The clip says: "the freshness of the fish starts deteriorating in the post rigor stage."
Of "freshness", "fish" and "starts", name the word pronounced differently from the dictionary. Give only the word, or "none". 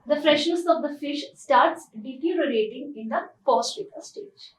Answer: freshness